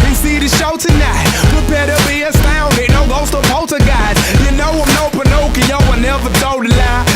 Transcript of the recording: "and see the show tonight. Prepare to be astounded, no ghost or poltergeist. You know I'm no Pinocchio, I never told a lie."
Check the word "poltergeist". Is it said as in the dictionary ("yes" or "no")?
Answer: no